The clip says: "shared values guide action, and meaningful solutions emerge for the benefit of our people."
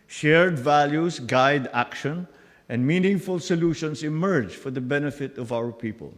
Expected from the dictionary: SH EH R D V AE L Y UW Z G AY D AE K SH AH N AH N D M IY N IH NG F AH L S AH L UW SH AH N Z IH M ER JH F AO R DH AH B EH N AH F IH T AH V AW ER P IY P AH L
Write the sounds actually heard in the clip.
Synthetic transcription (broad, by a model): SH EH R D V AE L Y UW S G AY D AE K SH AH N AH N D M IY N IH NG F AH L S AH L UW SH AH N S IH M ER JH F AO R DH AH B EH N AH F IH T AH V AW ER P IY P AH L